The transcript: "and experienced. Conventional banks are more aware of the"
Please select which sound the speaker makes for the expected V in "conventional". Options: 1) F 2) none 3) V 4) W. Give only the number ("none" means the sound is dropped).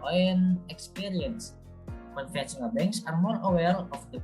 1